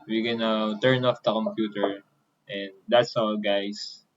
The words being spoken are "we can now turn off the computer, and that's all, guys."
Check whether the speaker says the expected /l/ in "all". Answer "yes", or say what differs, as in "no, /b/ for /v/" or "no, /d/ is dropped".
no, /w/ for /l/